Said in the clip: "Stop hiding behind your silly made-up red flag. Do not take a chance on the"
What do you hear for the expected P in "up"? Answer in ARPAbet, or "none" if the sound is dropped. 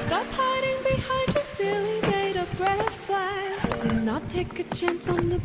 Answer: B